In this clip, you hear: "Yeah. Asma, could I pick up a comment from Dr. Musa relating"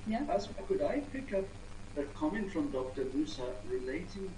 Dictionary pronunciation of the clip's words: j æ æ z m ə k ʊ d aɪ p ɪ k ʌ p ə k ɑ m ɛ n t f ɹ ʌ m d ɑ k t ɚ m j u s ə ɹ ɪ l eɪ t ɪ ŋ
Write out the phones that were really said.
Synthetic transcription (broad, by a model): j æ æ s k ʊ d aɪ p ɪ k ʌ p ə k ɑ m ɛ n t f ɹ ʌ m d ɑ k t ɚ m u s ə ɹ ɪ l eɪ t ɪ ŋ